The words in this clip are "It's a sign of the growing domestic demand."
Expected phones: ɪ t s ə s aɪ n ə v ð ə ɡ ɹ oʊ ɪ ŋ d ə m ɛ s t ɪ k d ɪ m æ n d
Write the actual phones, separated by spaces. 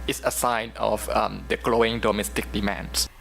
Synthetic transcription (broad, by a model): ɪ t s ə s aɪ n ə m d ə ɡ l oʊ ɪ ŋ d ə m ɛ s t ɪ k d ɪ m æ n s